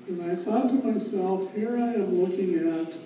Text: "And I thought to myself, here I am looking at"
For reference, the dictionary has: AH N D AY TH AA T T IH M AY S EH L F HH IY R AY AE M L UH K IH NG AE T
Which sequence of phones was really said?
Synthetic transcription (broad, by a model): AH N AY S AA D T IH M AY S EH L F HH IY R AY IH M L UH K IH NG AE T